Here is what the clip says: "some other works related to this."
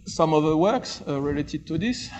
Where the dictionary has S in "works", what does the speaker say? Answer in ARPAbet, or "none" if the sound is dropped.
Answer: S